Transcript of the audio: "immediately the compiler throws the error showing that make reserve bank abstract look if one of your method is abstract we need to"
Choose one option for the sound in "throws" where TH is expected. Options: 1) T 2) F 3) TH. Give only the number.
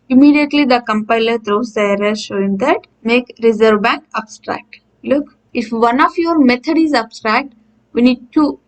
1